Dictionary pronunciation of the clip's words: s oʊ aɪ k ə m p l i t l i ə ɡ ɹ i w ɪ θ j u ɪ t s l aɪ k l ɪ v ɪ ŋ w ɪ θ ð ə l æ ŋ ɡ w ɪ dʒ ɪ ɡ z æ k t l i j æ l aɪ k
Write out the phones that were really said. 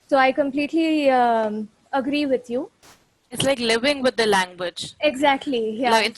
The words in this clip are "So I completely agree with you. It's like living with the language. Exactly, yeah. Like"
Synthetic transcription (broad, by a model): s oʊ aɪ k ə m p l i t l i ə ɡ ɹ i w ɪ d j u ɪ t s l aɪ k l ɪ v ɪ ŋ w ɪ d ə l æ ŋ ɡ w ɪ dʒ ɪ ɡ z æ k t l i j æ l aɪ